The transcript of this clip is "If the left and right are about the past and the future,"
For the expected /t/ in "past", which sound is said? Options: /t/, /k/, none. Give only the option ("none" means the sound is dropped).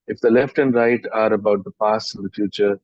none